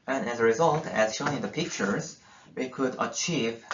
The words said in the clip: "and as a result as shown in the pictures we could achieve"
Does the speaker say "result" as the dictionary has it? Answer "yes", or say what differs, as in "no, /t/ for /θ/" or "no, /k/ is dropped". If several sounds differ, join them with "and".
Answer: yes